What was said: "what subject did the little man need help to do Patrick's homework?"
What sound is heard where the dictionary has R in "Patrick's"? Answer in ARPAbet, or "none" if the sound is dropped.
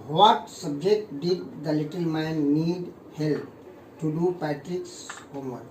R